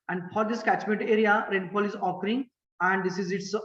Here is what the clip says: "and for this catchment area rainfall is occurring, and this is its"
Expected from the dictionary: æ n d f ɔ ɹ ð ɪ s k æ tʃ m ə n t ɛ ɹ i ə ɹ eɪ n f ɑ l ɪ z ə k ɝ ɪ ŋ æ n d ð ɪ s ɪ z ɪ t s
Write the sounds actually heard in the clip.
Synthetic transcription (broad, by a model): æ n d f ɔ ɹ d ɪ s k æ tʃ m ə n t ɛ ɹ i ə ɹ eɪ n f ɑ l ɪ z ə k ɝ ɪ ŋ æ n d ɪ s ɪ z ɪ t s